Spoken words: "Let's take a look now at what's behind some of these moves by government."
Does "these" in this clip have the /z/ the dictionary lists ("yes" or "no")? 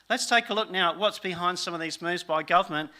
yes